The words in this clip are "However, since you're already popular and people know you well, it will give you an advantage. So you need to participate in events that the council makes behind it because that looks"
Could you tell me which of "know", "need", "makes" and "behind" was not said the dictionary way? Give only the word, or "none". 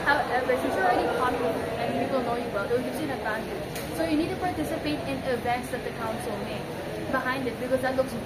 makes